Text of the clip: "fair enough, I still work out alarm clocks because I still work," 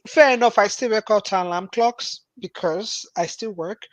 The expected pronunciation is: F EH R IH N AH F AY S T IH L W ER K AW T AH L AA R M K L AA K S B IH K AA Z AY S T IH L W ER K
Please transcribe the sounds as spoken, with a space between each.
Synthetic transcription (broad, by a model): F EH R IH N AH F AY S T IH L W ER K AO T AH L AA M K L AA K S B IH K AA Z AY S T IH L W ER K